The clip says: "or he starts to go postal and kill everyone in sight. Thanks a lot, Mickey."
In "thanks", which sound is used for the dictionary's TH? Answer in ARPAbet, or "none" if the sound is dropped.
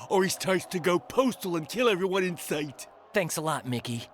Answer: TH